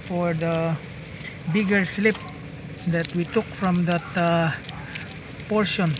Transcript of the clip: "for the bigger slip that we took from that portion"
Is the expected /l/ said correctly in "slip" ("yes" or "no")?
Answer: yes